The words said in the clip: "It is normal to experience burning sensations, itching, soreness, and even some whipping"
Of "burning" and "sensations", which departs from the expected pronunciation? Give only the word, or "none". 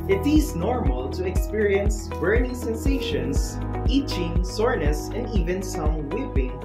sensations